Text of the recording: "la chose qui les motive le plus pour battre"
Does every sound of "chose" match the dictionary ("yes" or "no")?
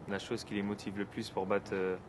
no